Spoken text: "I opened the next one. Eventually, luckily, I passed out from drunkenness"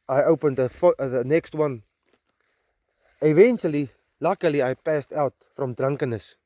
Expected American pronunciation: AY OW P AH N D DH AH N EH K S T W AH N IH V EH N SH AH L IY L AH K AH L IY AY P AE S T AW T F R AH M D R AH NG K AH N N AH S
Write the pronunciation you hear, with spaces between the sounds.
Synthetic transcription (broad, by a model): AY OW P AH N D DH AH N EH K S T W AH N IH V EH N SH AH L IY L AH K AH L IY AY P AE S T AW T F R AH M D R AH NG K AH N N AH S